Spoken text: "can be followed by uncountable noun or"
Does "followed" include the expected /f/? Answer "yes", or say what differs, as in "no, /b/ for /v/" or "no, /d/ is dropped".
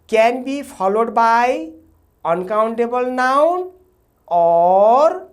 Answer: no, /p/ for /f/